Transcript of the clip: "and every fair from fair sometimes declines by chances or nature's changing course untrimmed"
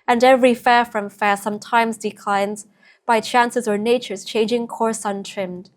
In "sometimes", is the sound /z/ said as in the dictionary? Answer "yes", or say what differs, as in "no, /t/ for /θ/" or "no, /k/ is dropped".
yes